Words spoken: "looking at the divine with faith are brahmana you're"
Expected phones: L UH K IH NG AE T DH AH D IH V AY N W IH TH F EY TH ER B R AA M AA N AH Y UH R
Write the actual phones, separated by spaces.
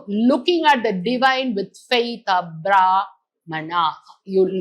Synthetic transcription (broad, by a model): L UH K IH NG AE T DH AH D IH V AY N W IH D F EY T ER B R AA M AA N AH Y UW